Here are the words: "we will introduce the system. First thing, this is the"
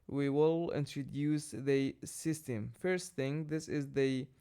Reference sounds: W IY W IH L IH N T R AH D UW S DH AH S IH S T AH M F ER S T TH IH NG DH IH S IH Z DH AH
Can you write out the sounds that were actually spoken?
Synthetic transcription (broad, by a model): W IY W IH L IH N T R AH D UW S DH AH S IH S T AH M F ER S T TH IH NG DH IH S IH Z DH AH